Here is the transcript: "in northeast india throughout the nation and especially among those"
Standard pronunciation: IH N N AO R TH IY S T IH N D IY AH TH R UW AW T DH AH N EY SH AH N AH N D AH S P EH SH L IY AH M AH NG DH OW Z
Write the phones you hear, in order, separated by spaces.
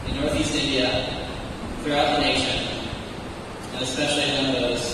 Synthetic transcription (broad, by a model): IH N N AO R TH IY S T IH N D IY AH TH R UW AW T DH AH N EY SH AH N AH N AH S P EH SH L IY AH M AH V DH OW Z